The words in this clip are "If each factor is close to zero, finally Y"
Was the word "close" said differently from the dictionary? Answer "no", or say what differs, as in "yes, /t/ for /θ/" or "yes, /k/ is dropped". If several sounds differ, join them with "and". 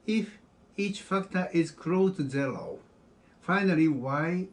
yes, /s/ is dropped